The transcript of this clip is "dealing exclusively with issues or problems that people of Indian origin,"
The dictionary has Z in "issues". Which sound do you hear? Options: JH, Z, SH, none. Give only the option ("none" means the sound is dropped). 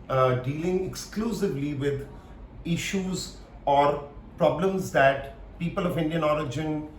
Z